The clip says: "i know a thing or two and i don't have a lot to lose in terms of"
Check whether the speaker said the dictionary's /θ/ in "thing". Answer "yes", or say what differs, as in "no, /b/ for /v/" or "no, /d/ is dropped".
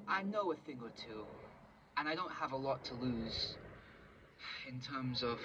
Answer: yes